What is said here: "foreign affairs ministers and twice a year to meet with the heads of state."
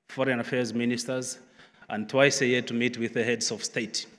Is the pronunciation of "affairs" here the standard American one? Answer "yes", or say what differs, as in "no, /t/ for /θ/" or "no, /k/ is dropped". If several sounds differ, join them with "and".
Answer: yes